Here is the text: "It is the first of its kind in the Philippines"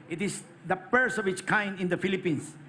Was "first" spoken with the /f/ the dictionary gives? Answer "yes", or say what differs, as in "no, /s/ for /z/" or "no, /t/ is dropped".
no, /p/ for /f/